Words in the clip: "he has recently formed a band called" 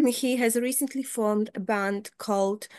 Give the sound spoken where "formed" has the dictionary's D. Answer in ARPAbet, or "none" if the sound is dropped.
D